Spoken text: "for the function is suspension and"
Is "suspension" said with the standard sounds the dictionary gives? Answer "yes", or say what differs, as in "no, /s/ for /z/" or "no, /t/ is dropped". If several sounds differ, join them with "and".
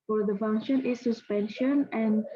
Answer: yes